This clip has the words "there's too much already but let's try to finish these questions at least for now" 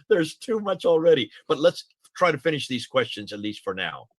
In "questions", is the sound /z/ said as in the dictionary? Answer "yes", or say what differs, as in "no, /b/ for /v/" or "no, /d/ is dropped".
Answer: yes